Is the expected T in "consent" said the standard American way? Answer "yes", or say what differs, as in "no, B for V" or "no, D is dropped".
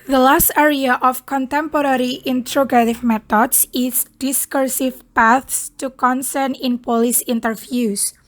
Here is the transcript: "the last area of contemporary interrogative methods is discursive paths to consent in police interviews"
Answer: no, T is dropped